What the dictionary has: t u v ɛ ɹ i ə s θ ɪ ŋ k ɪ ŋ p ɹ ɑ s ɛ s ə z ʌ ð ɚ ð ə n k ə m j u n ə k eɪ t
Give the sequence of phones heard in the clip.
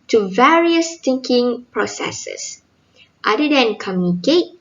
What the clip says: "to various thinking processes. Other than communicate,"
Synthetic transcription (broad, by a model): t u v ɛ ɹ i ə s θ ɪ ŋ k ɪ ŋ p ɹ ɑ s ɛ s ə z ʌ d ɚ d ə n k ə m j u n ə k eɪ t